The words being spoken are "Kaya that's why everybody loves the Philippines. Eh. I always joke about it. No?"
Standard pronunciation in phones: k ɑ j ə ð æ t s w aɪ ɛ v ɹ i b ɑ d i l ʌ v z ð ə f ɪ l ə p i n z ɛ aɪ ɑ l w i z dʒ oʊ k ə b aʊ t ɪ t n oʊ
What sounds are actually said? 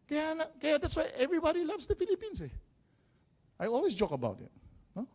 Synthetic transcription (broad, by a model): k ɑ j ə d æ t s w aɪ ɛ v ɹ i b ɑ d i l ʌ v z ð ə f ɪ l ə p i n s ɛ aɪ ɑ l w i s dʒ oʊ k ə b aʊ t ɪ t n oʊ